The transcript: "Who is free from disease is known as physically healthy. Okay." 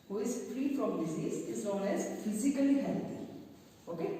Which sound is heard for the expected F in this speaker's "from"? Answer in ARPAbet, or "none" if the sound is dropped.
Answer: P